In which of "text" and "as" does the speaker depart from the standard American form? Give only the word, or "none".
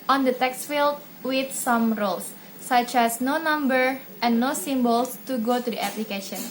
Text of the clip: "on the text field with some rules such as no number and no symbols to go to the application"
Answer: as